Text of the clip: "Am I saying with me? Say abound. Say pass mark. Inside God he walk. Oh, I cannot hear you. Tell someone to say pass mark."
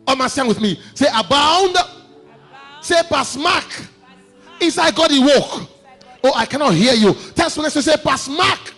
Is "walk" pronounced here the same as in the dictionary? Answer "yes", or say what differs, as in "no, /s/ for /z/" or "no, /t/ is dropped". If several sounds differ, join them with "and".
yes